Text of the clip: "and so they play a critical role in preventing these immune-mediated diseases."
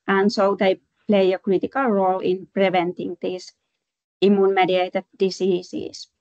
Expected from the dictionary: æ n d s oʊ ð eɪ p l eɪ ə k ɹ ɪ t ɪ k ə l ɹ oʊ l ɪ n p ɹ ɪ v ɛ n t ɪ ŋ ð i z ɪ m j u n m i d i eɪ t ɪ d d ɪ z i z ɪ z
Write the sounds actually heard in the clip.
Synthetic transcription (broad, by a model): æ n s oʊ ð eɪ p l eɪ ə k ɹ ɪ t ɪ k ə l ɹ oʊ l ɪ n p ɹ ɪ v ɛ n t ɪ ŋ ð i s ɪ m j u n m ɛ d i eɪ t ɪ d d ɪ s i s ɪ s